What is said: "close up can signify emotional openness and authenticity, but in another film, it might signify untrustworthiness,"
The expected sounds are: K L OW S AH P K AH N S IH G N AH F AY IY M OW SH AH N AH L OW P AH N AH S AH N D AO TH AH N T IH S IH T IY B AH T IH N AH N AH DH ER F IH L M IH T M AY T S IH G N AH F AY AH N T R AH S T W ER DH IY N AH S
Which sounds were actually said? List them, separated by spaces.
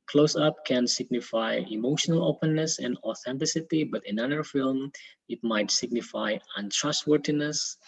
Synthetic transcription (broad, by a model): K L OW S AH P K AH N S IH G N AH F AY IY M OW SH AH N AH L OW P AH N AH S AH N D AO TH AH N T IH S IH T IY B AH T IH N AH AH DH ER F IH L M IH T M AY T S IH G N AH F AY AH N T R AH S T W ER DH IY N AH S